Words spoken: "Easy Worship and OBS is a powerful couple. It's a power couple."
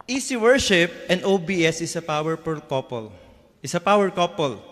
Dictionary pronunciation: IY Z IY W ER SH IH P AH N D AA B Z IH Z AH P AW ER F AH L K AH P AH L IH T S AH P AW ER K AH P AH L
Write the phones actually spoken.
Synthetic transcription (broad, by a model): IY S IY W ER SH IH P AH N D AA B S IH S AH P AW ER P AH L K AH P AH L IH S AH P AW ER K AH P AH L